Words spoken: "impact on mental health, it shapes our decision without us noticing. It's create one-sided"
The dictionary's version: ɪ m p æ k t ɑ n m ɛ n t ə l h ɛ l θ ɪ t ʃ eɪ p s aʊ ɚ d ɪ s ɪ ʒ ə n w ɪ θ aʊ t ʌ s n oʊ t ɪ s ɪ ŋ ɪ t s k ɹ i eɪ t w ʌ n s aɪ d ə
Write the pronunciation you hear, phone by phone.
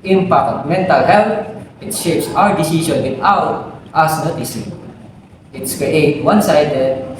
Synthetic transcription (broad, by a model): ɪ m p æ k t m ɛ n t ə l h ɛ l t ɪ t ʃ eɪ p s aʊ ɚ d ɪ s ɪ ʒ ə n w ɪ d aʊ t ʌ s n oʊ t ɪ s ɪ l ɪ t s k ɹ i eɪ t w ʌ n s aɪ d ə